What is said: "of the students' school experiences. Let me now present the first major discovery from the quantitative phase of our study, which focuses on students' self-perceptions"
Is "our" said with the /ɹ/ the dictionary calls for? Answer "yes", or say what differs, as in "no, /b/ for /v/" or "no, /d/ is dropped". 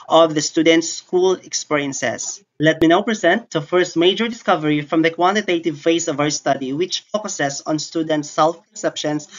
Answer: no, /w/ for /ɹ/